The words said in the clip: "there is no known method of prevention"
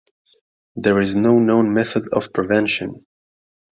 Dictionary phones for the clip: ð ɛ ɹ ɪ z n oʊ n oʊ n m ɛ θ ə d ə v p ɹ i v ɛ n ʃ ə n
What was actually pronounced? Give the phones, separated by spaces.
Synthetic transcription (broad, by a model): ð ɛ ɹ ɪ z n oʊ n oʊ n m ɛ θ ə d ə v p ɹ i v ɛ n ʃ ə n